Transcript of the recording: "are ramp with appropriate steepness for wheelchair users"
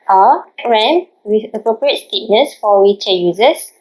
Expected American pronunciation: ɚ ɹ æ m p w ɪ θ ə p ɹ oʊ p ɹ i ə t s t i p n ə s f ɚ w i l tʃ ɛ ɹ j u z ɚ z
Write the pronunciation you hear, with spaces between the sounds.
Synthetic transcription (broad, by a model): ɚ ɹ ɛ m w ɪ ə p ɹ oʊ p ɹ i ə t s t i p n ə s f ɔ w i tʃ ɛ j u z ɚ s